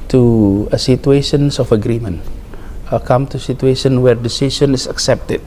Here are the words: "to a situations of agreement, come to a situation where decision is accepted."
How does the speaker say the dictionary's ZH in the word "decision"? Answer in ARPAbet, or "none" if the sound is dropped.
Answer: S